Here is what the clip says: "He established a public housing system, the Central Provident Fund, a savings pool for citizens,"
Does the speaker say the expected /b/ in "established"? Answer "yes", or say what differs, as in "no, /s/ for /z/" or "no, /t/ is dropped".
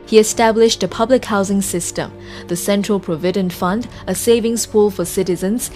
yes